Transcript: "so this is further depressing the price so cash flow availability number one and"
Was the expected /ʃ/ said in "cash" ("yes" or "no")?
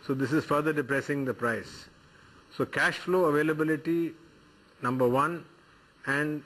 yes